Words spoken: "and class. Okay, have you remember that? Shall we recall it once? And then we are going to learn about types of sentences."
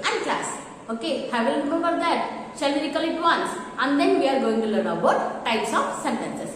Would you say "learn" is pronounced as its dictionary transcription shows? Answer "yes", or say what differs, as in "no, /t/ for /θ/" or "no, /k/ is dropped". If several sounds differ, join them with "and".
no, /n/ is dropped